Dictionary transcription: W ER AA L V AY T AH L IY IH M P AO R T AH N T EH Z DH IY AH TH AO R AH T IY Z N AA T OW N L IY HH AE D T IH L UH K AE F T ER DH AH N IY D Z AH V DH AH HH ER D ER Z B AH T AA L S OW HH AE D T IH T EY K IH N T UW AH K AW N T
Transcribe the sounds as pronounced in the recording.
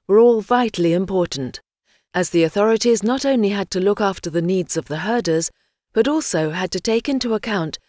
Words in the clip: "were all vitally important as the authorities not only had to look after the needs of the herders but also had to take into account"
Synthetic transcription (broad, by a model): W ER AA L V AY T L IY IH M P AO R T N T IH Z DH IY AH TH AO R AH T IY Z N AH T OW N L IY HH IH D T IH L UH K AE F T ER DH AH N IY D Z AH V DH AH HH ER D ER Z B AH T AA L S OW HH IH D T IH T EY K IH N T UW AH K AW N T